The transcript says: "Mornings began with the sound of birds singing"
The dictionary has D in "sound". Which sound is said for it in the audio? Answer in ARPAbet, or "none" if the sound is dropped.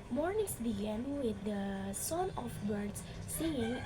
none